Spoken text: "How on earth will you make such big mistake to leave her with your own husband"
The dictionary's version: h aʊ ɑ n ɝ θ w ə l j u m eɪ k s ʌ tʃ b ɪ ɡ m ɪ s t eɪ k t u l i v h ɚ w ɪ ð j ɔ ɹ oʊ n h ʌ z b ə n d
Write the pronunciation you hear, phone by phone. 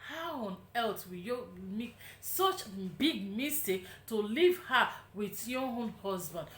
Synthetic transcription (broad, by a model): h aʊ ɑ n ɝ s w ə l j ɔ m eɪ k s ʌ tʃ b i ɡ m ɪ s t eɪ k t u l i v h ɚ w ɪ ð j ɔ oʊ n h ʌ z b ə n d